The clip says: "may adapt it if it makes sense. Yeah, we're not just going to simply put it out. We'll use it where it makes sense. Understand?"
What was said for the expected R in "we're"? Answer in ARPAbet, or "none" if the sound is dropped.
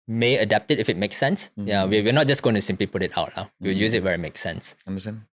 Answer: W